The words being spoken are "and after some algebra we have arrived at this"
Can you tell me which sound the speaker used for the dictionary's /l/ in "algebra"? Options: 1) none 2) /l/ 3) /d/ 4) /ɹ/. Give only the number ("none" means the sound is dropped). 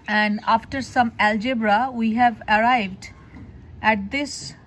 2